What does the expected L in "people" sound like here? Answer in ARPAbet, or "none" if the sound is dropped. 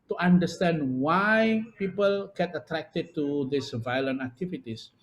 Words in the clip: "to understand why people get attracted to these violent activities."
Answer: L